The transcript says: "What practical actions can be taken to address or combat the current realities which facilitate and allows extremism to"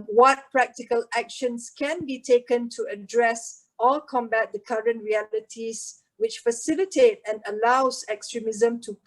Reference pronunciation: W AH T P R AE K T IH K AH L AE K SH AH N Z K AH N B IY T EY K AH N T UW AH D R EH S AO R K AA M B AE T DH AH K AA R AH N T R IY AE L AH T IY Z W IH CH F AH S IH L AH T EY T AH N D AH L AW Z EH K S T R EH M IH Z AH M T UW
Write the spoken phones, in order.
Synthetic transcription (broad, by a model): W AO T P R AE K T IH K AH L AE K SH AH N S K AH N B IY T EY K AH N T UW AH D R EH S AO L K AA M B AE T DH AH K AA R AH N T R IY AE L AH T IY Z W IH CH F AH S IH L AH T EY T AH N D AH L AW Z EH K S T R EH M IH Z AH M T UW